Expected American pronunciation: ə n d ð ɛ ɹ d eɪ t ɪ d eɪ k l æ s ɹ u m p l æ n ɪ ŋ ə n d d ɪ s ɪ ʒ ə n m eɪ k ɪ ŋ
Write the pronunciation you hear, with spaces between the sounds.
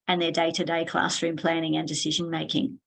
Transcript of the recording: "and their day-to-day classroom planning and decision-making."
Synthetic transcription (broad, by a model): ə n ð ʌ ɹ d eɪ t ɪ d eɪ k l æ s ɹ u m p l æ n ɪ ŋ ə n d d ɪ s ɪ ʒ ə n m eɪ k ɪ ŋ